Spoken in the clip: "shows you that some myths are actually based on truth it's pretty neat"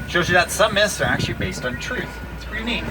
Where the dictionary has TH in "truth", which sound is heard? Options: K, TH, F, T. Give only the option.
TH